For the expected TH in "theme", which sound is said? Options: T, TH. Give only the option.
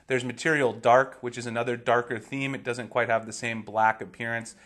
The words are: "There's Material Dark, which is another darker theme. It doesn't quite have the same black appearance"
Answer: TH